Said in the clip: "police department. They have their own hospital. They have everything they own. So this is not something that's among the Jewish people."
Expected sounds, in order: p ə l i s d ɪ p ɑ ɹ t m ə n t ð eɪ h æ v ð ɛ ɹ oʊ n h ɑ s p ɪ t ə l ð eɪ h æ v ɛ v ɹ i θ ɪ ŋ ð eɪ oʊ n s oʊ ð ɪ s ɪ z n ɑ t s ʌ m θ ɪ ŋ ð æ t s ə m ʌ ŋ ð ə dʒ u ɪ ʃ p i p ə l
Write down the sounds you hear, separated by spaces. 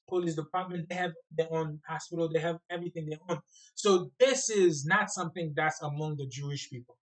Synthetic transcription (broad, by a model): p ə l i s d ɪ p ɑ ɹ t m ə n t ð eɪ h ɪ v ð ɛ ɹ oʊ n h ɑ s p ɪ t l ð eɪ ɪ v ɛ v ɹ i θ ɪ ŋ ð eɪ oʊ n s oʊ ð ɪ s ɪ z n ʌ t s ʌ m θ ɪ ŋ ð æ t s ə m ʌ ŋ ð ə dʒ u ɪ ʃ p i p l